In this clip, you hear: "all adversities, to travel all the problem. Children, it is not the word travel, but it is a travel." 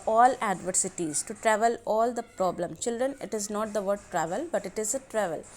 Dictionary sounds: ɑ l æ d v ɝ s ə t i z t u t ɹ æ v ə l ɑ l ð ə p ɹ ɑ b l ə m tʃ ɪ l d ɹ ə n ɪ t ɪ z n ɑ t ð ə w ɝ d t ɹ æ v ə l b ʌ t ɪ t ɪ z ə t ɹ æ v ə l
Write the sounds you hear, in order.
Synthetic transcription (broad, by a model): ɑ l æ d v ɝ s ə t i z t u t ɹ æ v ə l ɑ l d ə p ɹ ɑ b l ə m tʃ ɪ l d ɹ ə n ɪ t ɪ z n ɑ t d ə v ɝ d t ɹ æ v ə l b ʌ t ɪ t ɪ z ə t ɹ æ v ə l